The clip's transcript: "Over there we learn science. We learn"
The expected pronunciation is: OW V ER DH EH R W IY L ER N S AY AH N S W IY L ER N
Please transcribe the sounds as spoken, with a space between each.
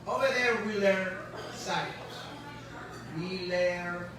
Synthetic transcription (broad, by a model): OW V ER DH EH R W IY L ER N S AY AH L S W IY L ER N